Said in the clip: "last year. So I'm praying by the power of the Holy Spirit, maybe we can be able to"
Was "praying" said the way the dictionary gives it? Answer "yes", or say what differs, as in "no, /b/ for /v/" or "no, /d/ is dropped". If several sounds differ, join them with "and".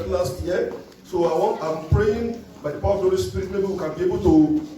yes